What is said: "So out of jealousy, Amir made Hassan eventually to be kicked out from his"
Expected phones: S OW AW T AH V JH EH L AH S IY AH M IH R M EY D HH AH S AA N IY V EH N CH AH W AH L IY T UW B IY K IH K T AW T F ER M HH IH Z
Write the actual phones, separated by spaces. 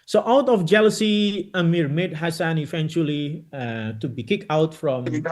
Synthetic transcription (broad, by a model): S OW AW T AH F JH EH L AH S IY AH M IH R M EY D HH AH S AA N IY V EH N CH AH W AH L IY T UW B IY K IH K AW T F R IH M